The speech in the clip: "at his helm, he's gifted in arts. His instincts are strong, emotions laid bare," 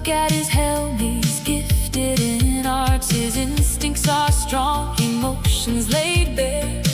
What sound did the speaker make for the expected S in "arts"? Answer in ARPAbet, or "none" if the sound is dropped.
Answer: none